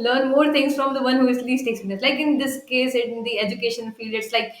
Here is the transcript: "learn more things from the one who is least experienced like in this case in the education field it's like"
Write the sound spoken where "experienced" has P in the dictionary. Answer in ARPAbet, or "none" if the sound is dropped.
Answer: none